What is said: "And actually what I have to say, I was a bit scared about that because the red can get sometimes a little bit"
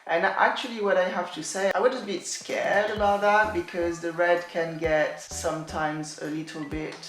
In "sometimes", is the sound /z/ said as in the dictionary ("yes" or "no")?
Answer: yes